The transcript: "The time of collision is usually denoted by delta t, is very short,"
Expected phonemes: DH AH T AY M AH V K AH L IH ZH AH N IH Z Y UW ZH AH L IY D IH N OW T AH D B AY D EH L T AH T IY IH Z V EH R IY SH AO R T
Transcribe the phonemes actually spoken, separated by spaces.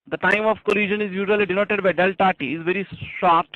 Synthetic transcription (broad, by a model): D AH T AY M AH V K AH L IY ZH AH N IH Z Y UW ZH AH L IY D IH N OW T AH D B AY D EH L T AH T IY IH Z V EH R IY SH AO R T